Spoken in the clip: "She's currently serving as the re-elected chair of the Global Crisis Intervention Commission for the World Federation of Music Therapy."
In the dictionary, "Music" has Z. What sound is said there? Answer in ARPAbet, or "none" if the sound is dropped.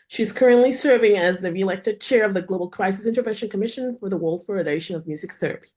Z